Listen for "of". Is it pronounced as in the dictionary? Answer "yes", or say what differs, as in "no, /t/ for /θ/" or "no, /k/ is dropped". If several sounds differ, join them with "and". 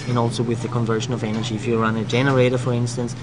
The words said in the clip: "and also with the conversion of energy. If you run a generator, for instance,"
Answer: yes